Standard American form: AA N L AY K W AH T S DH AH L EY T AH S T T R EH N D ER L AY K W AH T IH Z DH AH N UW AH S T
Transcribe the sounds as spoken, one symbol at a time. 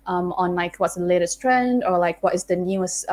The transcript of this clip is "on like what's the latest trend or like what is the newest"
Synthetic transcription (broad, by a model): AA N L AY K W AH T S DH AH L EY T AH S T T R EH N D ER L AY K W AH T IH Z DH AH N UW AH S